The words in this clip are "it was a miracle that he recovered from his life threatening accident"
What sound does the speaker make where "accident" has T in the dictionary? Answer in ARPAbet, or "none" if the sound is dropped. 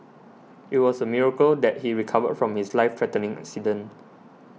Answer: none